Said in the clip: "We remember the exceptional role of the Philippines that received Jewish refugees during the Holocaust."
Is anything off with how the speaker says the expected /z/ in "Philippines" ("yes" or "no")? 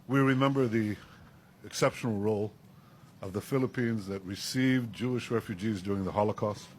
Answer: no